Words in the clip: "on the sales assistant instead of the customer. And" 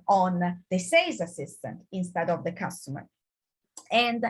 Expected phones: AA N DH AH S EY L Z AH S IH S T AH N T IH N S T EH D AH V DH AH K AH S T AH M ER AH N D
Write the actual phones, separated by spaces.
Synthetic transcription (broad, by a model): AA N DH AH S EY Z AH S IH S T AH N T IH N S T EH D AH V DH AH K AH S T AH M ER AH N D